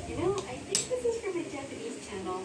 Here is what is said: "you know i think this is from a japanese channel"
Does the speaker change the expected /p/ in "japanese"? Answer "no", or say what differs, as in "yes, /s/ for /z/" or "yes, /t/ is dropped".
yes, /p/ is dropped